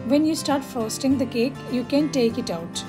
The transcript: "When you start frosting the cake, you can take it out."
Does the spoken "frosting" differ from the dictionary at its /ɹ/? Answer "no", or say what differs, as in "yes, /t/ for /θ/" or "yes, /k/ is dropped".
yes, /ɹ/ is dropped